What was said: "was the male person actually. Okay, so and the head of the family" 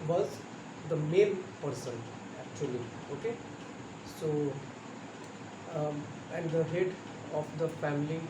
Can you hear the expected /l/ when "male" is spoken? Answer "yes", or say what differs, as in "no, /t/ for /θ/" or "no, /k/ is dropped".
no, /n/ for /l/